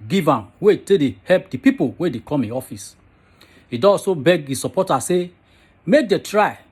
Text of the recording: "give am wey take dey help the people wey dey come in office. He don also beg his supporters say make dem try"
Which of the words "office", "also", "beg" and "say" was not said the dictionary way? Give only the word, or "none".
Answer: also